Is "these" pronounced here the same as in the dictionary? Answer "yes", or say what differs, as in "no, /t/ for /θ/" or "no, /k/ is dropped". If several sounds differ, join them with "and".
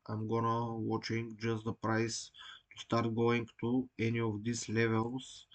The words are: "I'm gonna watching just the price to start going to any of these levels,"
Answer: no, /s/ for /z/